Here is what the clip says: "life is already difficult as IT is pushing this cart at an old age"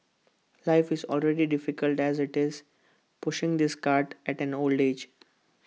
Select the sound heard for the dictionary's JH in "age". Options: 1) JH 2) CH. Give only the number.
1